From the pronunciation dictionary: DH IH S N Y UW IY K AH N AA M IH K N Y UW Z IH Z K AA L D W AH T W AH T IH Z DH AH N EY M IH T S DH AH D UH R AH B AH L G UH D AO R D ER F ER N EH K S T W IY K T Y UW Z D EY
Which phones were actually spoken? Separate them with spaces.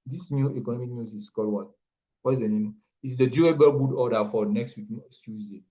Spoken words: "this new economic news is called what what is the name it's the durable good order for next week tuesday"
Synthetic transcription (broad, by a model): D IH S N Y UW IY K AH N AA M IH K N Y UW S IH S K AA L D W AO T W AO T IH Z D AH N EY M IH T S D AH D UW AH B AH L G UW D AO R D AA F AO N EH K S T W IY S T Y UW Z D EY